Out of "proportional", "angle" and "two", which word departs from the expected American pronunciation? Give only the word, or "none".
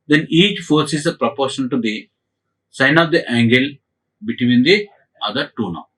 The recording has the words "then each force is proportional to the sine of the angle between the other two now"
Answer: proportional